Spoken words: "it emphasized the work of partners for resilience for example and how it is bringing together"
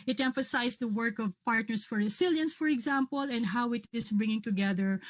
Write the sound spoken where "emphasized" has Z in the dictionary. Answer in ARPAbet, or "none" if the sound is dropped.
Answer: S